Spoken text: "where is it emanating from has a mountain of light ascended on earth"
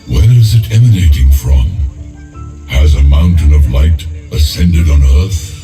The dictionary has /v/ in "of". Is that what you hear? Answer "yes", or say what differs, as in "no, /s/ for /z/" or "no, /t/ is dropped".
yes